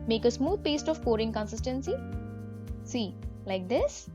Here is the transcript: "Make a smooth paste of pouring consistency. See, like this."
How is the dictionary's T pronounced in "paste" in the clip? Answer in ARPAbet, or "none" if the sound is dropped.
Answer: T